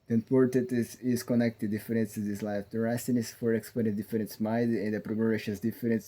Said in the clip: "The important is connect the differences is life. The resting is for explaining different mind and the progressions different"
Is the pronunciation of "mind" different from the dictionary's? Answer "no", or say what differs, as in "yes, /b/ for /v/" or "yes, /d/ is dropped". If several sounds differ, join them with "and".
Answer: yes, /n/ is dropped